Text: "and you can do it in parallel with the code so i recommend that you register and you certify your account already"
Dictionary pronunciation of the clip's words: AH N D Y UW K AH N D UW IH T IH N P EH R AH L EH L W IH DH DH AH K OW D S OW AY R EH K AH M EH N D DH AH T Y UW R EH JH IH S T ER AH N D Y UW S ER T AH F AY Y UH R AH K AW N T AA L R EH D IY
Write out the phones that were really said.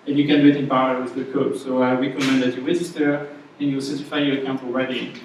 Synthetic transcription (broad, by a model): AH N Y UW K AH N D UW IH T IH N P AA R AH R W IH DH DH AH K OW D S OW AY R EH K AH M EH N D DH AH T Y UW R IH Z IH T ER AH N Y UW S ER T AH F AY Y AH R AH K AW N T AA L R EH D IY